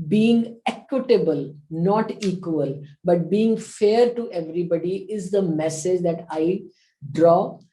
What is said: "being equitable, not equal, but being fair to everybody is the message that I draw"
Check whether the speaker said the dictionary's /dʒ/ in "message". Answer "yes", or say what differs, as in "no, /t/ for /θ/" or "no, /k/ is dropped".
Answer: yes